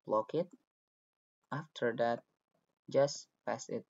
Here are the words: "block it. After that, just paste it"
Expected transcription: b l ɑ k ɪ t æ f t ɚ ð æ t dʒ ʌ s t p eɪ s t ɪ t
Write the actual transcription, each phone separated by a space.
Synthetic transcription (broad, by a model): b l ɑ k ɪ t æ f t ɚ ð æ t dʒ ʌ s p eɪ s ɪ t